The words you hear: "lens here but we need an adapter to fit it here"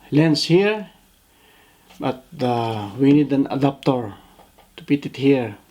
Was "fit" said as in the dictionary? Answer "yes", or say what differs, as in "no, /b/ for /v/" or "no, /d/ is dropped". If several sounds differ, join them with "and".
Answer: no, /p/ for /f/